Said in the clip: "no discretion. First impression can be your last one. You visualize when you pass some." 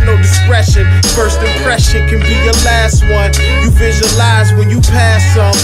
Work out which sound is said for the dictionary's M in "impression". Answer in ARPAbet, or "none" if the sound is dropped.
none